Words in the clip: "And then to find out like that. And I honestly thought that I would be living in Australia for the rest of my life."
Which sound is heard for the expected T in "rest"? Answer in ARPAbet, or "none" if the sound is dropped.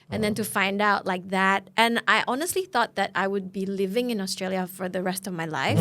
T